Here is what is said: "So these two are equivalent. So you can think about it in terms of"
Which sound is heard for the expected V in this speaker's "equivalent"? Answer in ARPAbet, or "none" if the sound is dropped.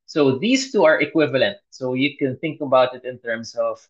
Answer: V